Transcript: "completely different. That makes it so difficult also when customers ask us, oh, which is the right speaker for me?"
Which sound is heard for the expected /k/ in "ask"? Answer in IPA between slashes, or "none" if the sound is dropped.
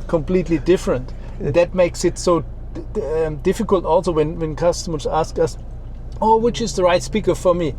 /k/